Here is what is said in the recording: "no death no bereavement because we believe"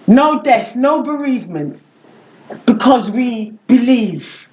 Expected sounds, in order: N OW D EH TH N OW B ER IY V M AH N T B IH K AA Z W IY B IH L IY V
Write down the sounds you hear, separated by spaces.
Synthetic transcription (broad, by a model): N OW D EH TH N OW B ER IY V M AH N T B IH K AA Z W IY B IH L IY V